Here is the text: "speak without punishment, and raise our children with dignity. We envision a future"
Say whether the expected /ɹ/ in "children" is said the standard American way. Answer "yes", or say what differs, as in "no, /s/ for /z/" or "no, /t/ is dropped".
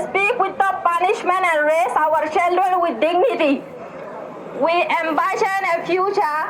no, /ɹ/ is dropped